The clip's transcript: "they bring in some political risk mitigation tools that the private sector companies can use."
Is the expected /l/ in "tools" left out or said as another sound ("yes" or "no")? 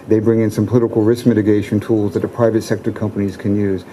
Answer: no